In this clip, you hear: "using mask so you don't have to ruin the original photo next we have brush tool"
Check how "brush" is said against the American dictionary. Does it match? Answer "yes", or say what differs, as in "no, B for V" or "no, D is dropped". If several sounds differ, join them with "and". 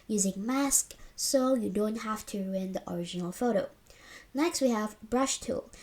yes